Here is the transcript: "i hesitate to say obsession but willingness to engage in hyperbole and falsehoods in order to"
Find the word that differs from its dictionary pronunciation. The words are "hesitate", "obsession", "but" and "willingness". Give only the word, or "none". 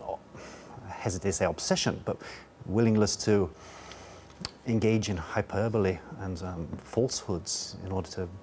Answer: willingness